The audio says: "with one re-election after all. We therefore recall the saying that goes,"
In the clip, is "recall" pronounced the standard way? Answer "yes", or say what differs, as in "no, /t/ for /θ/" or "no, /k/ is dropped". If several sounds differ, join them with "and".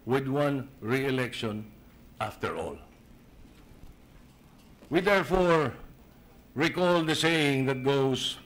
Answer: yes